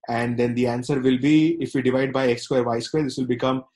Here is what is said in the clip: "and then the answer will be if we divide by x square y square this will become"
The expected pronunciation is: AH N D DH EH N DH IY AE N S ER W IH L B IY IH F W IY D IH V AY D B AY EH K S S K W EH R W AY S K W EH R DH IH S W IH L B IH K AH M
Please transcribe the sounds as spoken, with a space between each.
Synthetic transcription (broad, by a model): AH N D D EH N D IY AE N S ER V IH L B IY IH F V IY D IH V AY D B AY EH K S S K W EH R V AY S K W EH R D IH S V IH L B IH K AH M